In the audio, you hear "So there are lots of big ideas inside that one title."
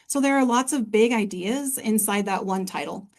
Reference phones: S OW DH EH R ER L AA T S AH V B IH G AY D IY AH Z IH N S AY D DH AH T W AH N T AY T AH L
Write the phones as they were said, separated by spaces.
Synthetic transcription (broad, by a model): S OW DH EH R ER L AA T S AH V B IH G AY D IY AH Z IH N S AY D DH AH T W AH N T AY T L